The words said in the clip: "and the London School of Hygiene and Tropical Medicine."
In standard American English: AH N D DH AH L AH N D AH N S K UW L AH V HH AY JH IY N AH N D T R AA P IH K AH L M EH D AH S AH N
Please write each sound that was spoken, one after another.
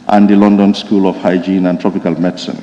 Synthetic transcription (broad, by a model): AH N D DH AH L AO N D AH N S K UW L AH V HH AY JH IY N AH N T R AA P IH K AH L M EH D S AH N